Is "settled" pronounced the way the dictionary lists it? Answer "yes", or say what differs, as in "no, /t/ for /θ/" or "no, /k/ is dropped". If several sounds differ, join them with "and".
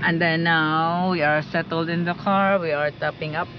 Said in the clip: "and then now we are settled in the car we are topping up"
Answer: yes